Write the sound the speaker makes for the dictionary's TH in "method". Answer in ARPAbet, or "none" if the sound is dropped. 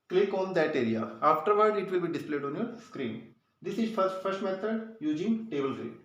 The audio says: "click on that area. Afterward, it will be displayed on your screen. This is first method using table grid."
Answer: T